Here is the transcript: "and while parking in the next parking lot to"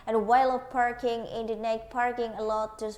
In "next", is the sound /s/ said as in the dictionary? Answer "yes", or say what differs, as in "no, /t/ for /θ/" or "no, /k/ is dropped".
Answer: no, /s/ is dropped